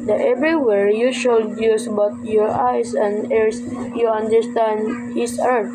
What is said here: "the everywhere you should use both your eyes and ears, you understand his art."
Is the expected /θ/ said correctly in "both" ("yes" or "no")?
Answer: no